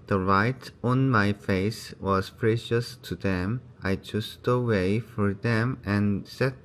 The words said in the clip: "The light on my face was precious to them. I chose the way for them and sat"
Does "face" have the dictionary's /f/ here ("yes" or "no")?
yes